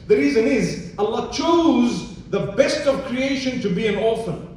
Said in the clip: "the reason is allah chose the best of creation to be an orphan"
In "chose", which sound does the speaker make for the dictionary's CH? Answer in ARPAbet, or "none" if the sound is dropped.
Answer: CH